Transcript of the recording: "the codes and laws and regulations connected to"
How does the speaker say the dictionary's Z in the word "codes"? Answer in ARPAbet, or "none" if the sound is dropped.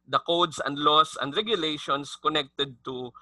S